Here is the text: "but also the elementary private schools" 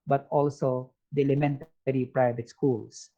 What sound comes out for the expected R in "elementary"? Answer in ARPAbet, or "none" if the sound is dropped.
R